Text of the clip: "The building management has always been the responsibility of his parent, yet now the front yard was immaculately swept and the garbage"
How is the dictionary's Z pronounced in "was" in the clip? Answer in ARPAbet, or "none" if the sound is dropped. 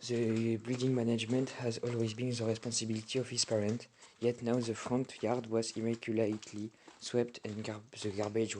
Z